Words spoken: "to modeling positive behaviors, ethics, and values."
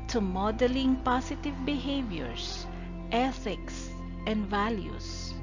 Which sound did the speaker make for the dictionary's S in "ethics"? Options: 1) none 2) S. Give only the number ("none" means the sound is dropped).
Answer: 2